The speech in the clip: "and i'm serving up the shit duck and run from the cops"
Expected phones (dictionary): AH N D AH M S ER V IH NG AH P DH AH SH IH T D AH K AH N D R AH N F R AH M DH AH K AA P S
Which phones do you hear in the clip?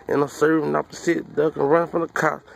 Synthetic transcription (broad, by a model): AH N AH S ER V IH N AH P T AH S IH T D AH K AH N R AH N F R AH M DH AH K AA